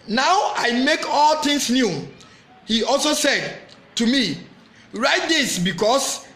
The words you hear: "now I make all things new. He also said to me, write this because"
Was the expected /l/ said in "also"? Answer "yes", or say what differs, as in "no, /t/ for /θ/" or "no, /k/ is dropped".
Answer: yes